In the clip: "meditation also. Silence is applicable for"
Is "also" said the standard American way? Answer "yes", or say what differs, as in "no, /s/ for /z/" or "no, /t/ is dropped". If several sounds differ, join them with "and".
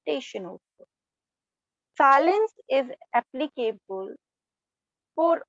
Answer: no, /l/ is dropped